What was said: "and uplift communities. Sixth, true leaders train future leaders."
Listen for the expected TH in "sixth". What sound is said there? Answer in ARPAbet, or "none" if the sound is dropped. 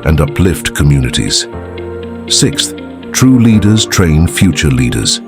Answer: TH